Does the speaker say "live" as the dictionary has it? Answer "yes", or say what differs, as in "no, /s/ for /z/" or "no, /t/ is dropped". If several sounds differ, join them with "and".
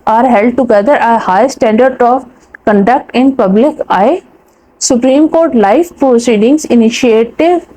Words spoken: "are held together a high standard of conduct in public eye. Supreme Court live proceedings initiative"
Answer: no, /f/ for /v/